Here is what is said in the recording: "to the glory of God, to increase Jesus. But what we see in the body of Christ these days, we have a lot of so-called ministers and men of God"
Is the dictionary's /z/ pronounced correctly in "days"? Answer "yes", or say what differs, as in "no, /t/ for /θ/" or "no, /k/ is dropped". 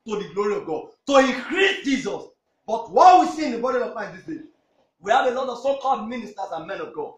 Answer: no, /z/ is dropped